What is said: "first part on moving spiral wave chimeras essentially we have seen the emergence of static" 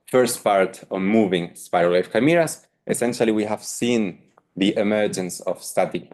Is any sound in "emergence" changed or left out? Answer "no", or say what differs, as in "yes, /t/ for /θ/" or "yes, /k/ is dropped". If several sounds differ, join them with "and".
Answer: no